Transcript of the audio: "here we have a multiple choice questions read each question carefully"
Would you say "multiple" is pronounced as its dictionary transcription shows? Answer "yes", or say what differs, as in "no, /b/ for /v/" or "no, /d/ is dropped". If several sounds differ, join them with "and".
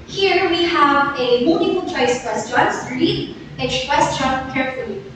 no, /f/ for /p/